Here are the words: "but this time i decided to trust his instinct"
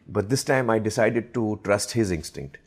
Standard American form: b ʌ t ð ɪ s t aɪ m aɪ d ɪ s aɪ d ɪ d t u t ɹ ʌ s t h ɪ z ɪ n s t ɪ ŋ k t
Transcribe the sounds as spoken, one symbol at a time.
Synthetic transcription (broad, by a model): b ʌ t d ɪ s t aɪ m aɪ d ɪ s aɪ d ɪ d t u t ɹ ʌ s t h ɪ z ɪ n s t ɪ ŋ k t